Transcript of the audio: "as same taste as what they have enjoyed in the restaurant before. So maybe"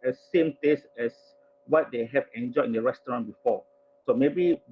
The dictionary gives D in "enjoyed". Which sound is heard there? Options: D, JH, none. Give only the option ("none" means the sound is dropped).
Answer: none